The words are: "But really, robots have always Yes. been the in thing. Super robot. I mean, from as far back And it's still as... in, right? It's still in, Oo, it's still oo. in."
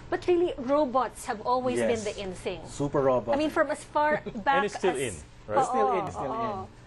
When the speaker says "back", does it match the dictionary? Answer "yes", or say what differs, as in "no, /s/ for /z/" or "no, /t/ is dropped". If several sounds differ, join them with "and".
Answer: no, /k/ is dropped